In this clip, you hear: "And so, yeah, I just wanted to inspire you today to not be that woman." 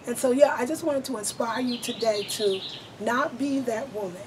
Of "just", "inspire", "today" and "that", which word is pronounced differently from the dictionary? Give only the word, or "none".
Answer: none